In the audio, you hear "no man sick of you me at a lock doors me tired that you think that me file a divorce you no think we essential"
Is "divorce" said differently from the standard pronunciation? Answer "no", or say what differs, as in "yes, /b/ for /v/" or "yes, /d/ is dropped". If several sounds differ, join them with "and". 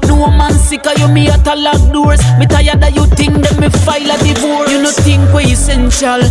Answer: yes, /s/ is dropped